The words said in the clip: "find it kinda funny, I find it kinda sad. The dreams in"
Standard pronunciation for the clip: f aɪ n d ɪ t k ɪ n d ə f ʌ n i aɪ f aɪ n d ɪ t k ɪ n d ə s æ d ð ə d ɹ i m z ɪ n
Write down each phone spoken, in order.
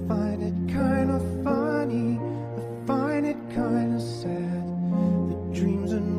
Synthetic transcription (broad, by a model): f aɪ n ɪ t k ɪ n d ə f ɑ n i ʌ f aɪ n ɪ t k ɪ n d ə s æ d ð ə d ɹ i m z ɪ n